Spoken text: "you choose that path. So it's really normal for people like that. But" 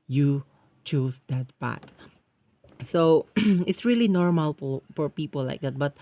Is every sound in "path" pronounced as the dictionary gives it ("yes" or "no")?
no